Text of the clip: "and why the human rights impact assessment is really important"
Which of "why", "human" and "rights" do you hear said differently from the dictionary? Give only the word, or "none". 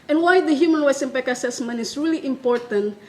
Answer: rights